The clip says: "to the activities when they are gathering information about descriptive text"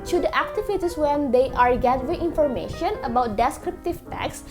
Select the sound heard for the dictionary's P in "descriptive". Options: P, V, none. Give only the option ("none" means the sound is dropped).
P